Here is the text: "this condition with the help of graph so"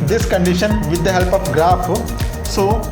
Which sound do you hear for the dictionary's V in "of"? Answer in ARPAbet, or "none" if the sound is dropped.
P